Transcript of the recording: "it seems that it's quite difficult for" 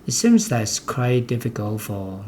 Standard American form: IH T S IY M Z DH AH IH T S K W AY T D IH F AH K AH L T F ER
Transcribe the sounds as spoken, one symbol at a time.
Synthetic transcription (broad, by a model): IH T S IY M Z DH AH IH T S K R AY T D IH F AH K AH L T F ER